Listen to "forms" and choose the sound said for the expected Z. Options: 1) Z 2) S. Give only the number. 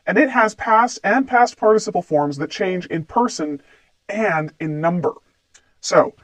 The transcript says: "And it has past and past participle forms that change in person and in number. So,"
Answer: 1